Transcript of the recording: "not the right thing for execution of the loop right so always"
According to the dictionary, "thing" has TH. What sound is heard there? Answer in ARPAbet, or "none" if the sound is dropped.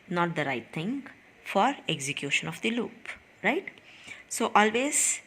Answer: T